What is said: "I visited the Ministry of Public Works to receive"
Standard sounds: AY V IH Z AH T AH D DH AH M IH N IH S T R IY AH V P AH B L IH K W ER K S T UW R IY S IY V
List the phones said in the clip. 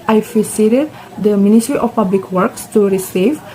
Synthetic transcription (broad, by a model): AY P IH S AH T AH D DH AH M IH N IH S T R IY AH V P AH B L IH K W ER K S T UW R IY S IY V